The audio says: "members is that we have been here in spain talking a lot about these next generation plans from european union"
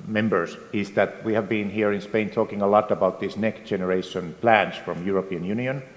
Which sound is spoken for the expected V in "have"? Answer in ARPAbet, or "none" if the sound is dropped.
V